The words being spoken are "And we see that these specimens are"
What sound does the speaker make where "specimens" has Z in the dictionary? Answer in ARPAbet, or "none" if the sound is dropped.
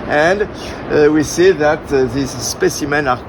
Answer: none